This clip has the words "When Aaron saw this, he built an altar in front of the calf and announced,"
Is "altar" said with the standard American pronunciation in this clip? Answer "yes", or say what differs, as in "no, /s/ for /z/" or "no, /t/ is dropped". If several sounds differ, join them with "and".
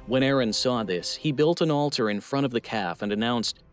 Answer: yes